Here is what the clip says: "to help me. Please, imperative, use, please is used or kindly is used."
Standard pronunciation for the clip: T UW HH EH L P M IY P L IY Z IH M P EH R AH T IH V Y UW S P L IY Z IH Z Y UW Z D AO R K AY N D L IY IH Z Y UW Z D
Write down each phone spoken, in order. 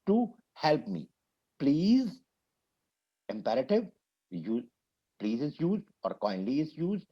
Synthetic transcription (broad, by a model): T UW HH EH L P M IY P L IY Z IH M P EH R AH T IH V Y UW P L IY Z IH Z Y UW Z D AO R K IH N D L IY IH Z Y UW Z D